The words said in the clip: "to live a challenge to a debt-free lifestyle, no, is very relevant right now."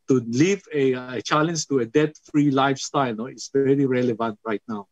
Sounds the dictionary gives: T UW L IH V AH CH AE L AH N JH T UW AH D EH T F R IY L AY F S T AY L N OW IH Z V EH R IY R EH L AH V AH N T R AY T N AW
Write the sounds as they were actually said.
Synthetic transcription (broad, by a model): T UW L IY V AH CH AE L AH N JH T UW AH D EH T F R IY L AY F S T AY L N OW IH S V EH R IY R EH L AH V AH N T R AY T N AW